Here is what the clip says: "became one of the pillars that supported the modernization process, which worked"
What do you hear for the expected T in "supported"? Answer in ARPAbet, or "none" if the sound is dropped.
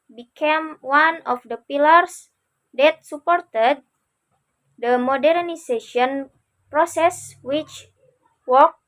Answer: T